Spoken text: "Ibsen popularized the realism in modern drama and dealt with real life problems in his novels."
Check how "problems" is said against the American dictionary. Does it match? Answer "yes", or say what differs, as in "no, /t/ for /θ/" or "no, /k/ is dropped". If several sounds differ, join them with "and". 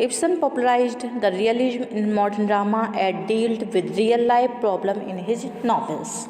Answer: no, /z/ is dropped